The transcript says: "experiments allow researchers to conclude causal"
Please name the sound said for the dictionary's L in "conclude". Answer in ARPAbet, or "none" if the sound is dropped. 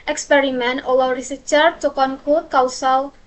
none